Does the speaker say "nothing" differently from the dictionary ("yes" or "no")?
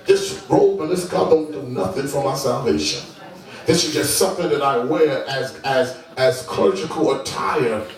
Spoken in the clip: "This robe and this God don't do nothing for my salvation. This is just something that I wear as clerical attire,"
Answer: no